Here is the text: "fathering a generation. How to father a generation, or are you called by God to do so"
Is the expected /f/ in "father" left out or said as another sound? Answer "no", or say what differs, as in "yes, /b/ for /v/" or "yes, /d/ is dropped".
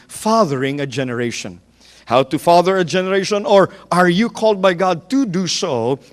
no